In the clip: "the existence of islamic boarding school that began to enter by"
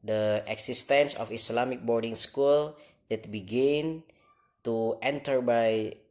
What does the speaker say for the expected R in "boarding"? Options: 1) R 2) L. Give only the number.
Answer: 1